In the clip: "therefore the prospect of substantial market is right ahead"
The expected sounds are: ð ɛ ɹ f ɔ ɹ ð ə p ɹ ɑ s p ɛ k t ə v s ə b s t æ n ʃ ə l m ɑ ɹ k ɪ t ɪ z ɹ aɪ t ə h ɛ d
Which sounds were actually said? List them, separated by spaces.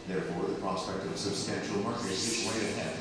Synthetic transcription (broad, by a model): ð ɛ ɹ f ɔ ɹ ð ə p ɹ ɑ s p ɛ k t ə v s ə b s t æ n ʃ l m ɑ ɹ k ɪ t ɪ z w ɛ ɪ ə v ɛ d